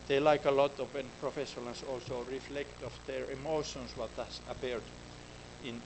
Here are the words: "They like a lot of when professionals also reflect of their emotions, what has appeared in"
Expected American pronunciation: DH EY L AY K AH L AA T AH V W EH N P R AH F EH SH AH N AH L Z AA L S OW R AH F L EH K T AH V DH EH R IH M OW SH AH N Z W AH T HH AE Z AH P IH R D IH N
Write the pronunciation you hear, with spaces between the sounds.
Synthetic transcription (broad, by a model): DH EY L AY K AH L AA T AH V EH N P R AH F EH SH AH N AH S AA L S OW R AH F L EH K T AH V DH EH R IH M OW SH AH N S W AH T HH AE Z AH P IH R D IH N